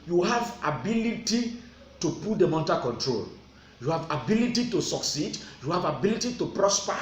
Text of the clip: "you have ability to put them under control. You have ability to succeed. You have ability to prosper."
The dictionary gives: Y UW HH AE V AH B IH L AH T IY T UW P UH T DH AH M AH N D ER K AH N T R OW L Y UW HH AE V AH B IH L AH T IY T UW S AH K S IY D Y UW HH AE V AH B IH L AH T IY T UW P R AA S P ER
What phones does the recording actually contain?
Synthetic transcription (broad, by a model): Y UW HH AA V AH B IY L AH T IY T UW P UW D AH M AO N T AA K AH N T R OW L Y UW HH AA V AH B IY L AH T IY T UW S AH K S IY D Y UW HH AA V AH B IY L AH T IY T UW P R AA S P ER